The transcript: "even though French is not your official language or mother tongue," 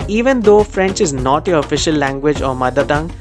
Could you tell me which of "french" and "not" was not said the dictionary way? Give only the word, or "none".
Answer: none